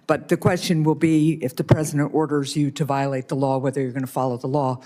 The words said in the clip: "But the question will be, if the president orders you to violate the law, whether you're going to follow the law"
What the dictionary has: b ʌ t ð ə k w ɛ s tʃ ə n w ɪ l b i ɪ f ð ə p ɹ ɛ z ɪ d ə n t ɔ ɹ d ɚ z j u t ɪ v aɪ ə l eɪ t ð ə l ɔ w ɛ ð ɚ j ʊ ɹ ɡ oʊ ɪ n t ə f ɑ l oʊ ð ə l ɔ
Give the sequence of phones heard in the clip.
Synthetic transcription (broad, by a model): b ʌ t ð ə k w ɛ s tʃ ə n w ɪ l b i ɪ f ð ə p ɹ ɛ z ɪ d ə n t ɔ ɹ d ɚ z j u t ɪ v aɪ ə l eɪ t ð ə l ɔ w ɛ ð ɚ j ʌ ɹ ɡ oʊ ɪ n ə f ɑ l oʊ ð ə l ɔ